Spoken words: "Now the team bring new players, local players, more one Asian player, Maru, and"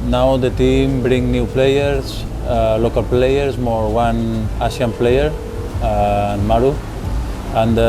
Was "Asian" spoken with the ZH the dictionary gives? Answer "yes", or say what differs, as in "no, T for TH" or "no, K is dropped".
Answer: no, S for ZH